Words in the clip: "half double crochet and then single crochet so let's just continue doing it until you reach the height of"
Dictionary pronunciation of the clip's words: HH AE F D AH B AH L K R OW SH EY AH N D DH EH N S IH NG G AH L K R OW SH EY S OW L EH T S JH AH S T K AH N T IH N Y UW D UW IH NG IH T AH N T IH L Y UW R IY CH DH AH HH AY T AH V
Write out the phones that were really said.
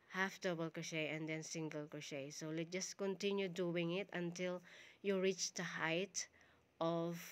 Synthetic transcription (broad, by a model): HH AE F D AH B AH L K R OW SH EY AH N D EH N S IH NG G AH L K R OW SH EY S OW L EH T JH AH S T K AH N T IH N Y UW D UW IH NG IH T AH N T IH L Y UW R IY CH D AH HH AY T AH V